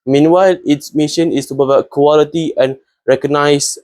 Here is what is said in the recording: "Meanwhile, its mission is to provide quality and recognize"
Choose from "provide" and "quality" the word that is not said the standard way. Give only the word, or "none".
provide